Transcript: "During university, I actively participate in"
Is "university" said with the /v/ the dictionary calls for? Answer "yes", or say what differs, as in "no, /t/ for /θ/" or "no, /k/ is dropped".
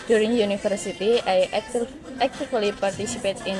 no, /f/ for /v/